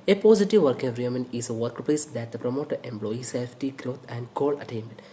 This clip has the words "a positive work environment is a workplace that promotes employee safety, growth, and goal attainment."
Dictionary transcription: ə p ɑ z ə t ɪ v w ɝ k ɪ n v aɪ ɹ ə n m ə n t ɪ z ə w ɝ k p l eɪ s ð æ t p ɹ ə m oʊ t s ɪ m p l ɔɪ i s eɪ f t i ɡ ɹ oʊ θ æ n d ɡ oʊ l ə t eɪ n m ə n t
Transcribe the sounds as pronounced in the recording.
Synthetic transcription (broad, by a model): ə p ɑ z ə t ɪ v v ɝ k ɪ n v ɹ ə m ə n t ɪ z ə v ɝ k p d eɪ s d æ t p ɹ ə m oʊ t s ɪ m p l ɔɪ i s eɪ f t i ɡ ɹ oʊ t æ n d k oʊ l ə t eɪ n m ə n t